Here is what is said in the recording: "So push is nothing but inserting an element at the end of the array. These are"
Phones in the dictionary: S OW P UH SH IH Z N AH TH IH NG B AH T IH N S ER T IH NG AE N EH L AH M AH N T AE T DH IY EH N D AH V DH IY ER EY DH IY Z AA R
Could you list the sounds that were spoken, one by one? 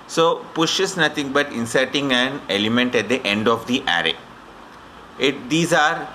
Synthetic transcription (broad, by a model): S OW P UH SH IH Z N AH T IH NG B AH T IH N S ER T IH NG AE N EH L AH M AH N T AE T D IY EH N D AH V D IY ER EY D IY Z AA R